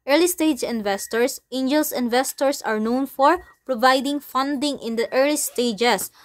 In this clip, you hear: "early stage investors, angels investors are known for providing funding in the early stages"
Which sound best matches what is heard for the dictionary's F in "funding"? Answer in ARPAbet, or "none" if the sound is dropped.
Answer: F